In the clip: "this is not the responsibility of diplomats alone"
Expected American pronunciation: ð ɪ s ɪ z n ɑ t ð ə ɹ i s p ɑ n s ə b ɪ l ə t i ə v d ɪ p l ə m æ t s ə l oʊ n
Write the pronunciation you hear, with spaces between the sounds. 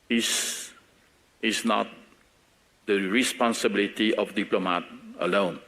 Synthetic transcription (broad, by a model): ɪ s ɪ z n ɑ t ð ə ɹ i s p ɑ n s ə b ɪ l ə t i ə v d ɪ p l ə m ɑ t ə l oʊ n